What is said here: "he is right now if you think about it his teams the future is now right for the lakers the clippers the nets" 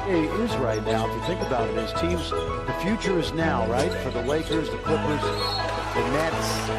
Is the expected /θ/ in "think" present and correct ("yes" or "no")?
yes